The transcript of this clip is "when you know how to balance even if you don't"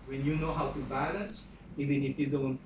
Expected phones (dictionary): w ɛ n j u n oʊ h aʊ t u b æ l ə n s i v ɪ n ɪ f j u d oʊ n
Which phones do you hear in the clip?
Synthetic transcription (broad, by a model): w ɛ n j u n oʊ h aʊ t u b æ l ə n s i v ɪ n ɪ f j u d oʊ n